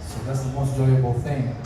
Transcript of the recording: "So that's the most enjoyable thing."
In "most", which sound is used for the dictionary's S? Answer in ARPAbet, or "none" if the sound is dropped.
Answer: none